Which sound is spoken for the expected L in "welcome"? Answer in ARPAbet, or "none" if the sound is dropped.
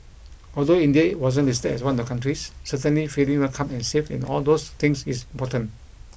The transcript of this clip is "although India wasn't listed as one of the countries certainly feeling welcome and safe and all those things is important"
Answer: none